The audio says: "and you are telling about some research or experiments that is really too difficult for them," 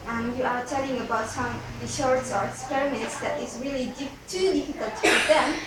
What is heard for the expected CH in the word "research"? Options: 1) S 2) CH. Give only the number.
1